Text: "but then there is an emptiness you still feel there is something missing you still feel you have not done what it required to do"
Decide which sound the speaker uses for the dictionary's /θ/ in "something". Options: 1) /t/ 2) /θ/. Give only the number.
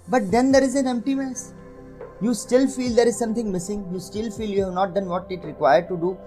1